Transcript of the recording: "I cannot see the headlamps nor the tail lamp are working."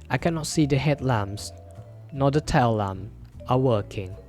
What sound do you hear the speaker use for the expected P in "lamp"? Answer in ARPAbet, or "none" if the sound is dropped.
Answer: none